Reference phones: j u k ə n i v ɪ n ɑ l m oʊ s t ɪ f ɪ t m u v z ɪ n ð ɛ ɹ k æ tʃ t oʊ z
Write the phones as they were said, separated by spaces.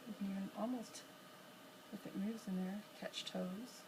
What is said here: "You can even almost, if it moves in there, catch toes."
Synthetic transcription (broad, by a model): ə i ɪ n ɑ l m oʊ s t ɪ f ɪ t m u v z ɪ n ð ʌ ɹ k æ tʃ t oʊ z